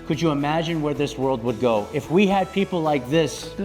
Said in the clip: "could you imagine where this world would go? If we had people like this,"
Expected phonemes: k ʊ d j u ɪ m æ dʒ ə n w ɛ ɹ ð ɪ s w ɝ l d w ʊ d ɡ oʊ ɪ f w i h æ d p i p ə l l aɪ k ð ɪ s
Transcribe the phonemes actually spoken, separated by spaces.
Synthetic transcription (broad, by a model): k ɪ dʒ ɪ ɪ m æ dʒ ə n w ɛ ɹ ð ɪ s w ɝ l d w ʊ d ɡ oʊ ɪ f w i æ d p i p l l aɪ k ð ɪ s